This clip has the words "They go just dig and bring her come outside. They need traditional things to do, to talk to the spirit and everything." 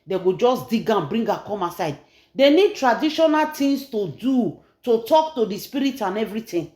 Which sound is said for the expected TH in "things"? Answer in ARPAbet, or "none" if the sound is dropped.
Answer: T